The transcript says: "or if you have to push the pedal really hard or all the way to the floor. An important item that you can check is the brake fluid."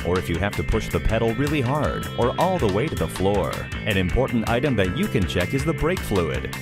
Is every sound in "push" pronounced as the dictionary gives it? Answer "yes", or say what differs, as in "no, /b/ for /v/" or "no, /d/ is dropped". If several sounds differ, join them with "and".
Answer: yes